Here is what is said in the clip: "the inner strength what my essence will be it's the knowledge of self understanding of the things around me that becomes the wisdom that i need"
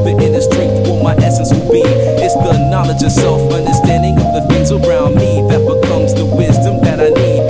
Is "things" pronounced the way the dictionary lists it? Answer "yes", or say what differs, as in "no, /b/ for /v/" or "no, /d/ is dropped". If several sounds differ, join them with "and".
no, /f/ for /θ/ and /ŋ/ is dropped